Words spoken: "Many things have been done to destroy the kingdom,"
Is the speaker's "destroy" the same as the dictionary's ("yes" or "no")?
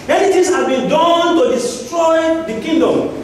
yes